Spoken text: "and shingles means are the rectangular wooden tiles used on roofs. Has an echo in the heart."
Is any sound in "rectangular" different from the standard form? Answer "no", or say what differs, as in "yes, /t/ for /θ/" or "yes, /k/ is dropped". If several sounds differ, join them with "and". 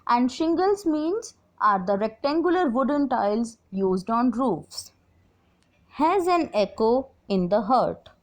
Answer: no